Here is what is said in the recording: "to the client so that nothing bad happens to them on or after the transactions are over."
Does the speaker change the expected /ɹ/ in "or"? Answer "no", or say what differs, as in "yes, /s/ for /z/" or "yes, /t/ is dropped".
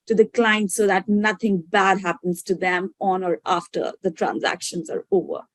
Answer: no